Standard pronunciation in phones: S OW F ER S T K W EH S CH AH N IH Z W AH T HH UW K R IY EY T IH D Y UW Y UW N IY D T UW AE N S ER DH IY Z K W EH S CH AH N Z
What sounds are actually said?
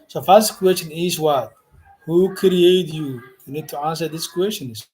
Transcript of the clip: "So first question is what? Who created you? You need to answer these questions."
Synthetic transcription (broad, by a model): S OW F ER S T K W EH S CH AH N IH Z W AH T HH UW K R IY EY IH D Y UW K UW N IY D T UW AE N S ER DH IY S K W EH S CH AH N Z